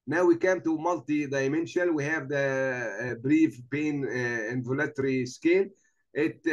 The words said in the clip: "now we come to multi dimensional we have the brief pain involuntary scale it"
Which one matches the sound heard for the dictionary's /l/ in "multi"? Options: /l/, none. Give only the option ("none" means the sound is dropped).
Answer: /l/